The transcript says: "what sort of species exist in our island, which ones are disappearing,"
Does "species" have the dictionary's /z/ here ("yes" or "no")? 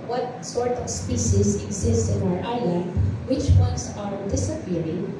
no